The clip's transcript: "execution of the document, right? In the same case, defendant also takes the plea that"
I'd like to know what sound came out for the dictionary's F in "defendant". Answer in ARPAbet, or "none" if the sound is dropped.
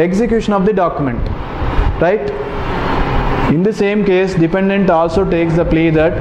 P